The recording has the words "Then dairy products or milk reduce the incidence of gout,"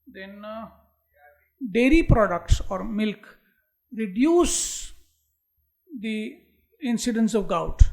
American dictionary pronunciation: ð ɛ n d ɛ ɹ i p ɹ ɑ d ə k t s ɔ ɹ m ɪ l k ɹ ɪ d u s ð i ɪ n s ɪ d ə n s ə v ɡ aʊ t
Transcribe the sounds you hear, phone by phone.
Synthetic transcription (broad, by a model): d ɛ n d ɛ ɹ i p ɹ ɑ d ə k t s ɔ ɹ m ɪ l k ɹ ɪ d u s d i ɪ n s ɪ d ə n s ə v ɡ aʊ t